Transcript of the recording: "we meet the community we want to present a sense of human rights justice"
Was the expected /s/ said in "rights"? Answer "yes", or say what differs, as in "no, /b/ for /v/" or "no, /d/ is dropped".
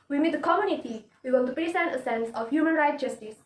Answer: no, /s/ is dropped